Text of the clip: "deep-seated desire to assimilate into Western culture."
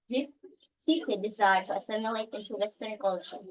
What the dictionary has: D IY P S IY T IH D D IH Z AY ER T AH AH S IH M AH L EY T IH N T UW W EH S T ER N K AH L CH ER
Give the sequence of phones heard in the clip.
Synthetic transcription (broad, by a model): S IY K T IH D D IH Z AY ER T AH AH S IH M AH L EY T IH N T UW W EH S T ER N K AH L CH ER